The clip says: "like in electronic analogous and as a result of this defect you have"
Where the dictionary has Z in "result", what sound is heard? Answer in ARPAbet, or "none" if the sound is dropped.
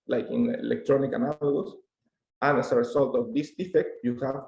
S